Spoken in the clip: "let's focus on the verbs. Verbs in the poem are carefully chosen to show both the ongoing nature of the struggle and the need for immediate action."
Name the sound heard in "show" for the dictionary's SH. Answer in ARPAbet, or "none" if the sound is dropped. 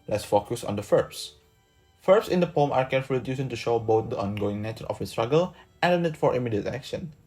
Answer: SH